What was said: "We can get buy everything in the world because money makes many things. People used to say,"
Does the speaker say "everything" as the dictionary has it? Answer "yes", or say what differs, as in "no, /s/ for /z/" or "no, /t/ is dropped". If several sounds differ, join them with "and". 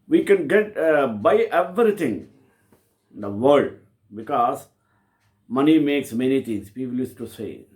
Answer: no, /t/ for /θ/